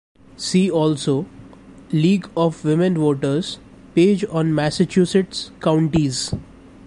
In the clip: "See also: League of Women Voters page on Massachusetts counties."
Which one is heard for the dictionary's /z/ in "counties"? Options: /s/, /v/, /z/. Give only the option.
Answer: /z/